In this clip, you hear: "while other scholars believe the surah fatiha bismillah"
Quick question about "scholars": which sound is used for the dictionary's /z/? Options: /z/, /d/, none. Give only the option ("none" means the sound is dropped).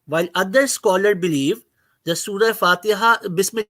none